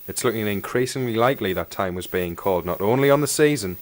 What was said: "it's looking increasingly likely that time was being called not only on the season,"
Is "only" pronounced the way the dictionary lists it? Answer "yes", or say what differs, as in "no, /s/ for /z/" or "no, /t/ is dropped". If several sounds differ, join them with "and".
yes